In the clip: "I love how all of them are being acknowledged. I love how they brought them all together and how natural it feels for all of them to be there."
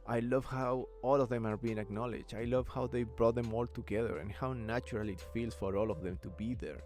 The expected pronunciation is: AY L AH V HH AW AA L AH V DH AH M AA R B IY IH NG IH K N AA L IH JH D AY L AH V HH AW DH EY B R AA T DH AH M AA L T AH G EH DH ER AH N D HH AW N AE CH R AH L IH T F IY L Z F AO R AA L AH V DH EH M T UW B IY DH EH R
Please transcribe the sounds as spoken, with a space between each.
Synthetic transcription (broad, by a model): AY L AH V HH AW AA L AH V DH AH M AA R B IY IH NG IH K N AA L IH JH AY L AH V HH AW DH EY B R AA T DH AH M AA L T AH G EH DH ER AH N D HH AW N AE CH R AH L IH T F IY L S F AO R AA L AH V DH EH M T UW B IY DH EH R